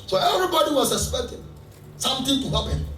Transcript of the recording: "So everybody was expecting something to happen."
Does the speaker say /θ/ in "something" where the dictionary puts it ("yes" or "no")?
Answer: no